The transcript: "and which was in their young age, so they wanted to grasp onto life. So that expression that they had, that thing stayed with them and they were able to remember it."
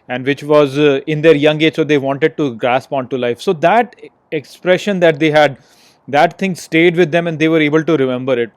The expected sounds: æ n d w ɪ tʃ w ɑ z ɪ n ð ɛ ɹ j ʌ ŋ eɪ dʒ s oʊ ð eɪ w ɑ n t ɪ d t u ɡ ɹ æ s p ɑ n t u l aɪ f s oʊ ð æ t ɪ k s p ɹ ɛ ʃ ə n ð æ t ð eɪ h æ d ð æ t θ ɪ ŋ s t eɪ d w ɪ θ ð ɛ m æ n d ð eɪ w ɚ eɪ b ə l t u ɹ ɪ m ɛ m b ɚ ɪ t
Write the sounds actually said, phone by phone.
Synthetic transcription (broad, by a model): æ n d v ɪ tʃ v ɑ z ɪ n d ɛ ɹ j ʌ ŋ eɪ dʒ s oʊ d eɪ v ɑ n t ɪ d t u ɡ ɹ æ s p ɑ n t u l aɪ f s oʊ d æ t ɪ k s p ɹ ɛ ʃ ə n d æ t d eɪ h æ d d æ t t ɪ ŋ s t eɪ d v ɪ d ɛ m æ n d eɪ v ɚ eɪ b ə l t u ɹ ɪ m ɛ m b ɚ ɪ t